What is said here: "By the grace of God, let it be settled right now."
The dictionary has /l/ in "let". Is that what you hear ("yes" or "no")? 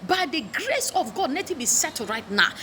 no